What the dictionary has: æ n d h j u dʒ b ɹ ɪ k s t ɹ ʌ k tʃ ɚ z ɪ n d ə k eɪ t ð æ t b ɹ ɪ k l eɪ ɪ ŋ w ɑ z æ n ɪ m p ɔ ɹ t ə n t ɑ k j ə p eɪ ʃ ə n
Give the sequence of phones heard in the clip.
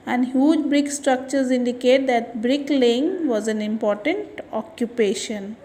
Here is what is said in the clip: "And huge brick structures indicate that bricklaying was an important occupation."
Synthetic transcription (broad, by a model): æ n d h j u dʒ b ɹ ɪ k s t ɹ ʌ k tʃ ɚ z ɪ n d ə k eɪ t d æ t b ɹ ɪ k l eɪ ɪ ŋ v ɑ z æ n ɪ m p ɔ ɹ t ə n t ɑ k j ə p eɪ ʃ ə n